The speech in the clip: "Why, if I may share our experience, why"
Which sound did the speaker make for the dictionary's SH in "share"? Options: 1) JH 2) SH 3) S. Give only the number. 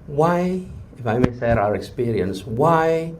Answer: 3